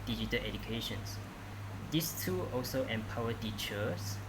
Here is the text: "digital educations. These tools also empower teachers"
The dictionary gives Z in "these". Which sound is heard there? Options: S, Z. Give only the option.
S